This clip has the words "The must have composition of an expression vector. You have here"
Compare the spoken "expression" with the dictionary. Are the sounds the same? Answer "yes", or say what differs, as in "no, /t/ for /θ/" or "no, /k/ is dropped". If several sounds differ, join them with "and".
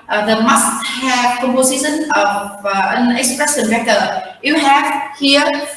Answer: no, /s/ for /ʃ/